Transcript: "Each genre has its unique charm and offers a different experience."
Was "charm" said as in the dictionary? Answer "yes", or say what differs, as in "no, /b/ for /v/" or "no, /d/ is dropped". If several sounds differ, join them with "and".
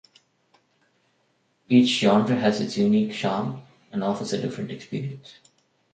no, /ʃ/ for /tʃ/